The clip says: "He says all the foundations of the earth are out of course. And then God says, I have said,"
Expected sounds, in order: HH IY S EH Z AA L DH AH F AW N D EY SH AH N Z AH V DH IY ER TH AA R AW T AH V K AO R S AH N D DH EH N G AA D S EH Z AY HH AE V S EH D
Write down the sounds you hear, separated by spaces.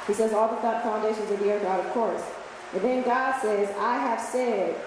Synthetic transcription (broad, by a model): HH IY S EH Z AA L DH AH F AW N D EY SH AH N Z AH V DH IY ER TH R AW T AH V K AO R S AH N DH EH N G AA D S EH Z AY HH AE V S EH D